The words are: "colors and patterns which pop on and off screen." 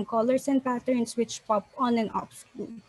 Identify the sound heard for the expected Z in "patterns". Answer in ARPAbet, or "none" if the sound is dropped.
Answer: S